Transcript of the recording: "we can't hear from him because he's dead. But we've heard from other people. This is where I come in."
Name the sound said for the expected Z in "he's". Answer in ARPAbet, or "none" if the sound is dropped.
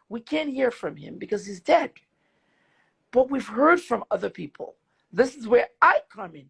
Z